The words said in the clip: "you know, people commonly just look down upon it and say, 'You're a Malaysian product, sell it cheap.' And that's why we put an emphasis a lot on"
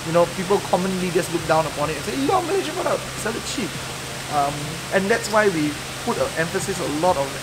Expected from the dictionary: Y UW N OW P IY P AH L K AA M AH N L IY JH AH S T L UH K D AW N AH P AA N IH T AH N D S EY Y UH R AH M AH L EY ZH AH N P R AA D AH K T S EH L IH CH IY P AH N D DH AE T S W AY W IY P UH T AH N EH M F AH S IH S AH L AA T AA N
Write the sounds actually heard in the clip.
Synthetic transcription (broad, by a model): Y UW N OW P IY P AH L K AA M AH N L IY JH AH S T L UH K D AW N AH P AA N IH T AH N S EY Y AH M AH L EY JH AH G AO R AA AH T S EH L IH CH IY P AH N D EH T S W AY W IY P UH T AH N EH M F AH S IH S AH L AA T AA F